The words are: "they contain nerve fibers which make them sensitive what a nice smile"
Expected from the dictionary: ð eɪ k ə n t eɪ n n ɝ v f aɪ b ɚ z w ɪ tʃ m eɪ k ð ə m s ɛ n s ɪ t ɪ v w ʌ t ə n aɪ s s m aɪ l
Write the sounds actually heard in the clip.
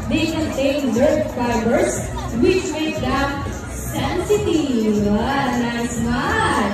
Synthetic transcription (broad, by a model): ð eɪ k ə n t eɪ n l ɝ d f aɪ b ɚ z w ɪ tʃ m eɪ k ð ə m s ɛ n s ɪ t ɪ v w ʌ ə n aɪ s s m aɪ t